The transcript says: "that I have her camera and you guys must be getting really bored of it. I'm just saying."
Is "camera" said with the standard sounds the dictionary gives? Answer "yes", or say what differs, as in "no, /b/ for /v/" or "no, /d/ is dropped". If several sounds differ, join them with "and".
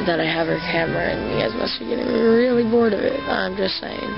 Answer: yes